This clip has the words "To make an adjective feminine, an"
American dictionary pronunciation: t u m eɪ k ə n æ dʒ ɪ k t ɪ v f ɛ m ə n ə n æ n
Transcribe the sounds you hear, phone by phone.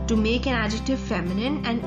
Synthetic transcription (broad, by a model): t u m eɪ k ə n æ dʒ ɪ k t ɪ v f ɛ m ə n ə n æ n